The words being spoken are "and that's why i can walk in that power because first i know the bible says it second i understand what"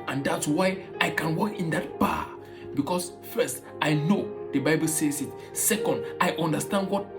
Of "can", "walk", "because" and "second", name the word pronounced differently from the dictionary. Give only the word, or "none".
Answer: because